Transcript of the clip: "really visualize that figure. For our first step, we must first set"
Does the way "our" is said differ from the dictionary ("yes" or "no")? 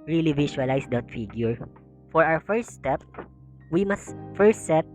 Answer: yes